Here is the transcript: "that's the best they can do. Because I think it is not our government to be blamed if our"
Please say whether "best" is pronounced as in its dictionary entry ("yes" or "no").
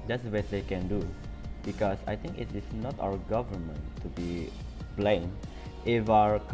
no